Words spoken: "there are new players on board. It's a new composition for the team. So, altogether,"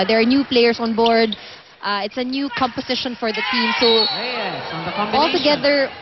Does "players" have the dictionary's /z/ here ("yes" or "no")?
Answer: no